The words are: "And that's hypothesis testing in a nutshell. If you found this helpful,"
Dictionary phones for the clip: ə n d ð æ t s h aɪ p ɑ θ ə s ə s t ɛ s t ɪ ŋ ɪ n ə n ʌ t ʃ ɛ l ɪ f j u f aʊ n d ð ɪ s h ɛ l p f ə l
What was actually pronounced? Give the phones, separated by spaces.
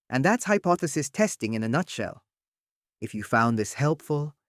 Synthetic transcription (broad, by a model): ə n ð æ t s h aɪ p ɑ θ ə s ə s t ɛ s t ɪ ŋ ɪ n ə n ʌ t ʃ ɛ l ɪ f j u f aʊ n ð ɪ s h ɛ l p f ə l